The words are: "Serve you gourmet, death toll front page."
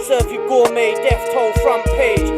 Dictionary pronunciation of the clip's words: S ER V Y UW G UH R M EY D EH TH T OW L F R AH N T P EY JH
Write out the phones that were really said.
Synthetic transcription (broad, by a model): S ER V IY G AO M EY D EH F T OW L F R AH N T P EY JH